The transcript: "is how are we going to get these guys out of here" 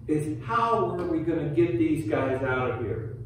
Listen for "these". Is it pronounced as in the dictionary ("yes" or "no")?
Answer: yes